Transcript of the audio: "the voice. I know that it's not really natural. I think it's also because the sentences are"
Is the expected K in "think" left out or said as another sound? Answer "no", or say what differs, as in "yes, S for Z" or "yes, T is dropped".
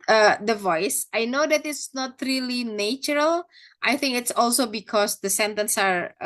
no